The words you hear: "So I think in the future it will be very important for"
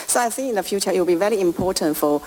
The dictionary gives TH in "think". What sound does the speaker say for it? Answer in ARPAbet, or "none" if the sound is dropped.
S